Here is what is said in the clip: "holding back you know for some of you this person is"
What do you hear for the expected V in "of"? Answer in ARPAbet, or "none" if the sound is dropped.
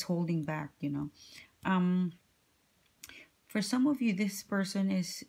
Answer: V